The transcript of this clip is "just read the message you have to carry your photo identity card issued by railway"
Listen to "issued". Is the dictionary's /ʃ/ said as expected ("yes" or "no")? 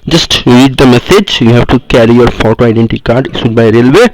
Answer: no